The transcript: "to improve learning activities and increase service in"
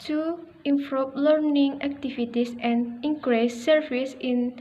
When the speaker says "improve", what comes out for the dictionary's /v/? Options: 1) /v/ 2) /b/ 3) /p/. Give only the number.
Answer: 3